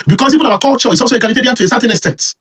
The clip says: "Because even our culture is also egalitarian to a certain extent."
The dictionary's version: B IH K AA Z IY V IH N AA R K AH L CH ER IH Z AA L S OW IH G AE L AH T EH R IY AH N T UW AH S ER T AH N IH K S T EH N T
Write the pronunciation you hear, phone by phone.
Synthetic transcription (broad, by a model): B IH K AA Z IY P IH AA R K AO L CH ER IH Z AA L S OW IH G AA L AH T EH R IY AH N T UW AH S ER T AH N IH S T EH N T